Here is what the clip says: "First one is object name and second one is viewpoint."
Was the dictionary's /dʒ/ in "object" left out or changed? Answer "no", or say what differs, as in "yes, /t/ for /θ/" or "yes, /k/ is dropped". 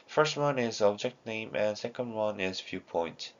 no